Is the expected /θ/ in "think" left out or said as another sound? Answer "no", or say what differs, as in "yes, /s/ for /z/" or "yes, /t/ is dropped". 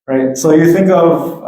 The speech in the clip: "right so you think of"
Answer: no